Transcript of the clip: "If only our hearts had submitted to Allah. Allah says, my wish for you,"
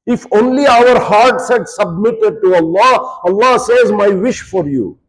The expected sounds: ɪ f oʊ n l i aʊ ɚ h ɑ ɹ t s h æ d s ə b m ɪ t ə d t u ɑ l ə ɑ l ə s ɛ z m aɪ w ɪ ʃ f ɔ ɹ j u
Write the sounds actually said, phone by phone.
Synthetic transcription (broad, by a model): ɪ f oʊ n l i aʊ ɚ h ɑ ɹ t s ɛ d s ə b m ɪ t ə d t u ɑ l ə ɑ l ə s ɛ z m aɪ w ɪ ʃ f ɔ ɹ j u